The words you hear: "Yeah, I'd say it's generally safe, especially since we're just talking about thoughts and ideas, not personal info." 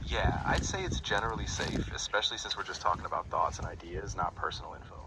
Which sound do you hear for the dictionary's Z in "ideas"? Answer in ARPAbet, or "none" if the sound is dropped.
Z